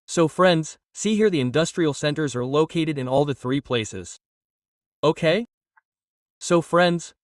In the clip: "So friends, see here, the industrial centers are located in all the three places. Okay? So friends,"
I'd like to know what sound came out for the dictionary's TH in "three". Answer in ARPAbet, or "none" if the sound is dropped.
TH